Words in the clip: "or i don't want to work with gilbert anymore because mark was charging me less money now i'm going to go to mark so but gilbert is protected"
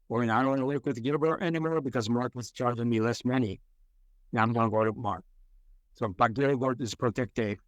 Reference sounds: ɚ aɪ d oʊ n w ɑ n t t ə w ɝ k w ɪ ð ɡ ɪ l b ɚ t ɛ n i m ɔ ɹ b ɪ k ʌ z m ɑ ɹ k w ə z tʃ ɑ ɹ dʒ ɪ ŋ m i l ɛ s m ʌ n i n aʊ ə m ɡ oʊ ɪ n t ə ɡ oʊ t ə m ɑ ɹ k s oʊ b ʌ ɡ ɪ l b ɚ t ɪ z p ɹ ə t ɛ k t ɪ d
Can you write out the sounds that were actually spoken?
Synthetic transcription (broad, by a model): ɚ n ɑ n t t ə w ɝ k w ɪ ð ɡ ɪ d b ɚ t ɛ n i m ɔ ɹ b ɪ k ʌ z m ɑ ɹ k w ə z tʃ ɑ ɹ dʒ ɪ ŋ m i l ɛ s m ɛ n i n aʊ ə m ɡ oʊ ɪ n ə ɡ oʊ t ə m ɑ ɹ k s oʊ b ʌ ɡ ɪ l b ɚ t ɪ z p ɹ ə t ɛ k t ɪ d